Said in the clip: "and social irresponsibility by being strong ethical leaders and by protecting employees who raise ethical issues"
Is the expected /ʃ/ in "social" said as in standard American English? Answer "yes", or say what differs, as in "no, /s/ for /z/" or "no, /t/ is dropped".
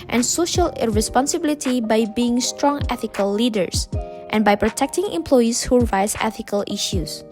yes